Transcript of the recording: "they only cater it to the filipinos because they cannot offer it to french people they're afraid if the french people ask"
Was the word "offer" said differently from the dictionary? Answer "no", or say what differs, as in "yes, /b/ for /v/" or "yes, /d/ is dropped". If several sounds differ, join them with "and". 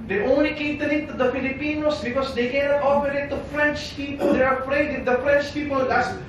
yes, /p/ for /f/